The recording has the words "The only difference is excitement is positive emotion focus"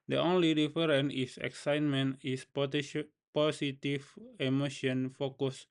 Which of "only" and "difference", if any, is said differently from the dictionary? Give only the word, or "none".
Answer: difference